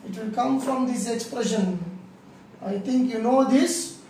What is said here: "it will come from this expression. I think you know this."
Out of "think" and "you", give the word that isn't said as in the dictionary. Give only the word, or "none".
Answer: think